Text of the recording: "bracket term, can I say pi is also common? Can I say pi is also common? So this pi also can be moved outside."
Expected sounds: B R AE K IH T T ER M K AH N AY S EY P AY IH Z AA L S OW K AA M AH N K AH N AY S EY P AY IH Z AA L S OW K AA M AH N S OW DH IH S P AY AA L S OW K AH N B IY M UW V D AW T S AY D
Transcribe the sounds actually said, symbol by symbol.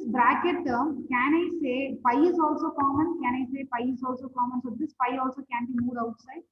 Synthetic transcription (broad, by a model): B R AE K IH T T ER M K AH N AY S EY P AY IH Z AA L S OW K AA M AH N K AH N AY S EY P AY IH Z AA L S OW K AA M AH N S OW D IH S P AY AA L S OW K AH N B IY M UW D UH T S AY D